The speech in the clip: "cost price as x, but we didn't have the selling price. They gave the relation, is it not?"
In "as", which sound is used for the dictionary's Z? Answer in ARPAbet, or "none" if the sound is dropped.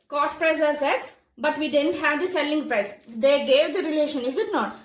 S